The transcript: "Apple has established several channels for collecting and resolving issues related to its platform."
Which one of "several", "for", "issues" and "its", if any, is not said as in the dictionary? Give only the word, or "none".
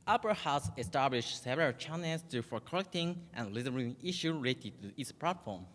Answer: issues